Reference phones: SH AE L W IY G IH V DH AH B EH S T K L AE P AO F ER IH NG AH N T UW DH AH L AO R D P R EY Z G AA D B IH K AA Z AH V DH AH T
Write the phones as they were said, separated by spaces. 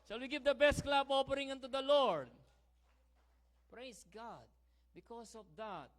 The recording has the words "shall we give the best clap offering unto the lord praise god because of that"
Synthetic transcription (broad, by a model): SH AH L W IY G IH V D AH B EH S T K L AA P AO P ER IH NG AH N T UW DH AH L AO R D P R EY S G AA D B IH K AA S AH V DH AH T